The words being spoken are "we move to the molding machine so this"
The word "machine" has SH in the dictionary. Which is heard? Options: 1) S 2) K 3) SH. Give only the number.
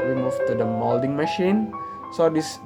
3